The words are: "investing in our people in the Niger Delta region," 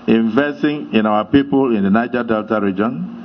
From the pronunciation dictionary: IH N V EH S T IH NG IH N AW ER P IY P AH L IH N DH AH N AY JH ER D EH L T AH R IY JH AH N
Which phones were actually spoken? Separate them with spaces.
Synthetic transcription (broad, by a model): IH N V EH S T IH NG IH N AW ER P IY P AH L IH N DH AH N AY JH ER D EH L T AH R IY JH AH N